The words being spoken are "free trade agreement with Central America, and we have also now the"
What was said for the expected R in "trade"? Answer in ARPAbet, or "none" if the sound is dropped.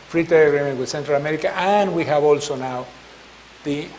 none